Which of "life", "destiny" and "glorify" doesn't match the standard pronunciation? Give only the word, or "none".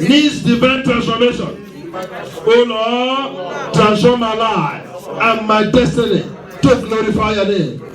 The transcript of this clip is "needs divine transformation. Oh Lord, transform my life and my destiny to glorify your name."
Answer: life